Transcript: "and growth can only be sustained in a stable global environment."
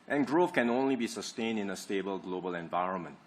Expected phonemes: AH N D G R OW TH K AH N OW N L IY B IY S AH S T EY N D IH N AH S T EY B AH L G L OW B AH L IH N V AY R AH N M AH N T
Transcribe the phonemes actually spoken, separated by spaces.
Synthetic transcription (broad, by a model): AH N G R OW F K AH N OW N L IY B IY S AH S T EY N D IH N AH S T EY B AH L G L OW B AH L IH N V AY R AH N M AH N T